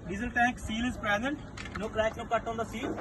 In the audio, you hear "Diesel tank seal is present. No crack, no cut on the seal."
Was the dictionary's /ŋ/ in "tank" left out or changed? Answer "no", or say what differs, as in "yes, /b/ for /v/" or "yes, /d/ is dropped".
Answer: yes, /ŋ/ is dropped